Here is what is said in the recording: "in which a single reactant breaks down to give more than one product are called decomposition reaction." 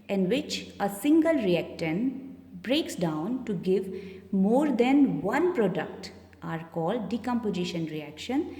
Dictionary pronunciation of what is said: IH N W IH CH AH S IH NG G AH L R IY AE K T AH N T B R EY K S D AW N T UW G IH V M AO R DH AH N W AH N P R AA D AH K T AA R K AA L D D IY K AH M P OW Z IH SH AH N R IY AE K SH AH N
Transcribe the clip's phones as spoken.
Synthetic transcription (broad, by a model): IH N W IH CH AH S IH NG G AH L R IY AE K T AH N B R EY K S D AW N T UW G IH V M AO R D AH N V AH N P R AA D AH K T AA R K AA L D D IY K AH M P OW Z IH SH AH N R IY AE K SH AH N